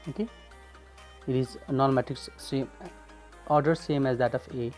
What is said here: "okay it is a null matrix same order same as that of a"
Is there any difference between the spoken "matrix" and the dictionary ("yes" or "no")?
yes